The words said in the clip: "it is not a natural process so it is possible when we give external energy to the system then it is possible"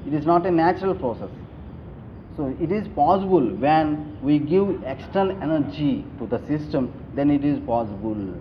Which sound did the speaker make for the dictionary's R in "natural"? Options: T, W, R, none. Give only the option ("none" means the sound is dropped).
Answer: R